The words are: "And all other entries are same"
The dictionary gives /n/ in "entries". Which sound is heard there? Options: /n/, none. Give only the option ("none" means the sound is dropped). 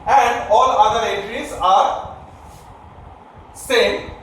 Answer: none